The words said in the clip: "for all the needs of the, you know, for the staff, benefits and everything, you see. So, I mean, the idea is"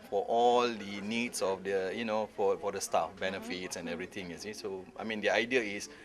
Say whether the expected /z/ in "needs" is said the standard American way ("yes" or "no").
no